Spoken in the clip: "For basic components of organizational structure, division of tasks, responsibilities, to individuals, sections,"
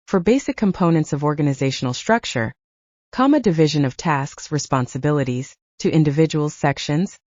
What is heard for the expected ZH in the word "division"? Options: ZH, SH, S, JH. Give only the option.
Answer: ZH